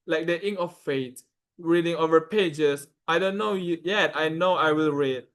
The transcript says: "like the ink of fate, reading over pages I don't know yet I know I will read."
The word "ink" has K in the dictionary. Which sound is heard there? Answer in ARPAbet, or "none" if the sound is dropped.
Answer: none